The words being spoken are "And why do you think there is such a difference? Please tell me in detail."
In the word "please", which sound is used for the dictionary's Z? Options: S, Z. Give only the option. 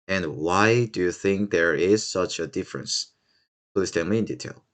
S